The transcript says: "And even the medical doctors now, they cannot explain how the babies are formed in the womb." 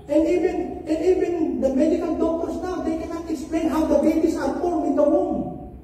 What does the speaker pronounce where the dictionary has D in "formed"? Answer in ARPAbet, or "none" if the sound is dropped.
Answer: none